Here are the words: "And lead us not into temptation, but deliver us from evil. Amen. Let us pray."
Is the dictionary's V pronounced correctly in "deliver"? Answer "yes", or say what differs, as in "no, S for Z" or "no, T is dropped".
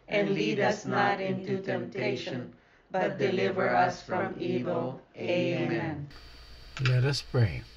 yes